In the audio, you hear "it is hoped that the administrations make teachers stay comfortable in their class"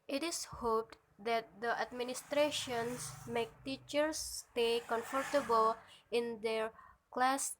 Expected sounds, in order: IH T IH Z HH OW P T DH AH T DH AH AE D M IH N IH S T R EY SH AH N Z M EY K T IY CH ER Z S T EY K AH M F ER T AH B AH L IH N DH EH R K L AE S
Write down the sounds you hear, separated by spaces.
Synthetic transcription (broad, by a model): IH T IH S HH OW P T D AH T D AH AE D M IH N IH S T R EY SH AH N S M EY K T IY CH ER S T EY K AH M F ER T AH B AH L IH N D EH R K L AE S